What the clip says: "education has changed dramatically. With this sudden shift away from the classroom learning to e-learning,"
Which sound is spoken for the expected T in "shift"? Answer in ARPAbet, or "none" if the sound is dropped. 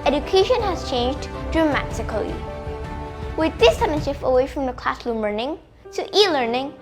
none